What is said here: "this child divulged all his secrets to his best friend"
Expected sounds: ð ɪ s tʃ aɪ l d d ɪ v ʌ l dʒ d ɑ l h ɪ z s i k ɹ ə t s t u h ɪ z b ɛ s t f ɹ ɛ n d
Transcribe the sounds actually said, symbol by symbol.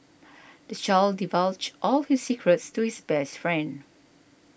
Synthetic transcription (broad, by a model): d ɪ tʃ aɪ l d d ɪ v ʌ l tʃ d ɑ l h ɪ s i k ɹ ə t s t u h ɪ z b ɛ s t f ɹ ɛ n d